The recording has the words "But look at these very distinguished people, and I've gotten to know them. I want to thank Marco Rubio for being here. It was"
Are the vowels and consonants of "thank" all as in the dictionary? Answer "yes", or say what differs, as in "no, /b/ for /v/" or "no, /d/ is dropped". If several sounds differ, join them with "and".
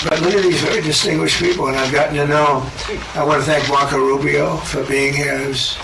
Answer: yes